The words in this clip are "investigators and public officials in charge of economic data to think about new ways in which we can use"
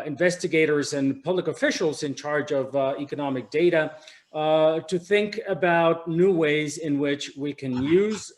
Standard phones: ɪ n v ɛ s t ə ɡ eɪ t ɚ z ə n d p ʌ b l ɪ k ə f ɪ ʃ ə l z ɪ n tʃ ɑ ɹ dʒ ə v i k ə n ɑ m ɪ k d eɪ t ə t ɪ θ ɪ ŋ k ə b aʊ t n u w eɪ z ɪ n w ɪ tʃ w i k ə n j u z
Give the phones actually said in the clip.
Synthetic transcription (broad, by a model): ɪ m v ɛ s t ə ɡ eɪ t ɚ z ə n p ʌ b l ɪ k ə f ɪ ʃ l z ɪ n tʃ ɑ ɹ dʒ ə v i k ə n ɑ m ɪ k d eɪ t ə t ɪ θ ɪ ŋ k ə b aʊ t n u w eɪ z ɪ n w ɪ tʃ w i k ə n j u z